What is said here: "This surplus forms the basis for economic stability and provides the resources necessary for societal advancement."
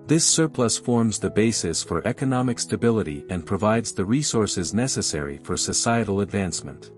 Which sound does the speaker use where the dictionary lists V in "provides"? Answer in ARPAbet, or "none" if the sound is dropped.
V